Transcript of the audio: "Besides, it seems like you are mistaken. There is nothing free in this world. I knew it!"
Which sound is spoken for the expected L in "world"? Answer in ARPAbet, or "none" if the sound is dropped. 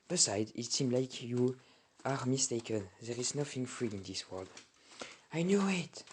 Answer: L